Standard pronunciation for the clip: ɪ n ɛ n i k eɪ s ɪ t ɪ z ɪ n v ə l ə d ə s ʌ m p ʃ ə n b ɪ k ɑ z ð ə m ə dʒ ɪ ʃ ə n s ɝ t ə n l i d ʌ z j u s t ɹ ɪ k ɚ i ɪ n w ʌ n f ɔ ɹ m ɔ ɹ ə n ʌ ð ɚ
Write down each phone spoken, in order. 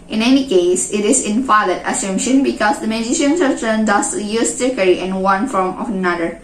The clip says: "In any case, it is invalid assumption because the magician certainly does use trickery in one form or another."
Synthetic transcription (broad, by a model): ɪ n ɛ n i k eɪ s ɪ t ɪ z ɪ n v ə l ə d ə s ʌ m ʃ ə n b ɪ k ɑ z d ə m ə dʒ ɪ ʃ ə n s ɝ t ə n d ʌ s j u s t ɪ k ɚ i ɪ n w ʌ n f ɔ ɹ m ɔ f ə n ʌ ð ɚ